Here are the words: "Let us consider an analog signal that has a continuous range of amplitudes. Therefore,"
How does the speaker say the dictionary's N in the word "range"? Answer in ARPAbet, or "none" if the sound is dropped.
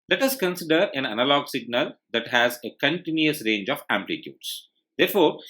N